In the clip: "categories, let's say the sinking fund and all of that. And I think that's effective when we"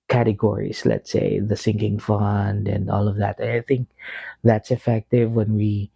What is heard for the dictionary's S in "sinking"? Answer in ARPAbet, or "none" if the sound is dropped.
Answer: S